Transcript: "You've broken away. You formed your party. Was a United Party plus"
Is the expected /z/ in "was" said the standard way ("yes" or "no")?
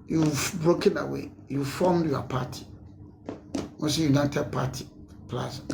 no